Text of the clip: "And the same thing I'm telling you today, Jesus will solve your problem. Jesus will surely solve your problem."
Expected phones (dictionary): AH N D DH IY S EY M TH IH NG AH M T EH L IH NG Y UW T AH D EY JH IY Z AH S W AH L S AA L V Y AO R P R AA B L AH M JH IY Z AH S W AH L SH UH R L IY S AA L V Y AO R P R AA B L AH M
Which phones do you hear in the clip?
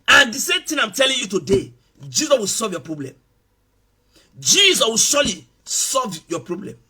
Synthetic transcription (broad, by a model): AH N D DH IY S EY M T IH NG AH M T EH L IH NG Y UW T AH D EY JH IY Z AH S W AH L S AA L V Y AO P R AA B L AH M JH IY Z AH S W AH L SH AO L IY S AA L V Y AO P R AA B L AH M